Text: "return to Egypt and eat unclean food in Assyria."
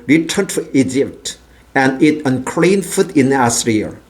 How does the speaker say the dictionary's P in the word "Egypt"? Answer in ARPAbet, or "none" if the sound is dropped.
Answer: P